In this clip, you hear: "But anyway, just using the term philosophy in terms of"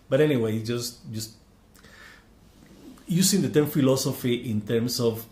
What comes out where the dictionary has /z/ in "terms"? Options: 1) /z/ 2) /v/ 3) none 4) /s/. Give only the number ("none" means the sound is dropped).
4